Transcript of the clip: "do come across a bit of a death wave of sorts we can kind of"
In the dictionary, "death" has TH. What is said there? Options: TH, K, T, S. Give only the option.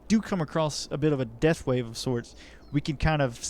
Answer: TH